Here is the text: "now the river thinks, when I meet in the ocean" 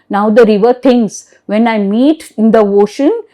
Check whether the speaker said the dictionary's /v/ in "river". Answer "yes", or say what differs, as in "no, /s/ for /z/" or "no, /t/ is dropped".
yes